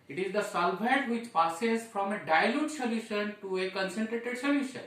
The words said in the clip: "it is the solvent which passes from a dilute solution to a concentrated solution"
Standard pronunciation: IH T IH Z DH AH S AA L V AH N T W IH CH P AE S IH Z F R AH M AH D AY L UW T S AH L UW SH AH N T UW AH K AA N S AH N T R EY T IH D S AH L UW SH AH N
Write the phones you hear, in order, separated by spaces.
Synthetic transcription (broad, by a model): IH T IH Z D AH S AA L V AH T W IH CH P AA S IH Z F R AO M AH D AY L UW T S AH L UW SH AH N T UW AH K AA N S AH N T R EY T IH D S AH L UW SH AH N